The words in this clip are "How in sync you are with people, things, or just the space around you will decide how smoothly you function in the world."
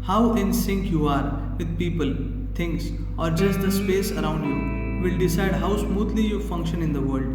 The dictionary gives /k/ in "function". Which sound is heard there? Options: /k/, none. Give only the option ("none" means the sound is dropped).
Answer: /k/